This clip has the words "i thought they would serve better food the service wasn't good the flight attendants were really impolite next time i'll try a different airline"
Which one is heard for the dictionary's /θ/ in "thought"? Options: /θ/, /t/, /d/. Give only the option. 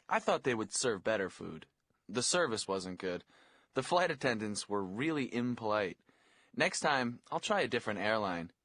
/θ/